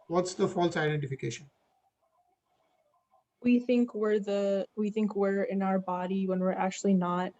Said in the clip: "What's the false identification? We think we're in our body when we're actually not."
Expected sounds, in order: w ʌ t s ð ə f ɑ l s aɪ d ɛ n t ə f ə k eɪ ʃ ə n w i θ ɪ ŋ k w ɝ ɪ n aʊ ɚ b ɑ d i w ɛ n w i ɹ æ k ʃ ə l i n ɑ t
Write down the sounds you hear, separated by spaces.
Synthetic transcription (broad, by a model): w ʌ t s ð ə f ɑ l s aɪ d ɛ n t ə f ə k eɪ ʃ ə n w i θ ɪ ŋ k w ɝ ɪ n aʊ ɚ b ɑ d i w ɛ n w i ɹ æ k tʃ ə l i n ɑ t